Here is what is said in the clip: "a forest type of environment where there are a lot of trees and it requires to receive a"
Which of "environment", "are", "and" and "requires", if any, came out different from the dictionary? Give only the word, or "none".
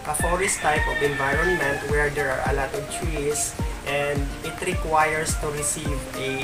requires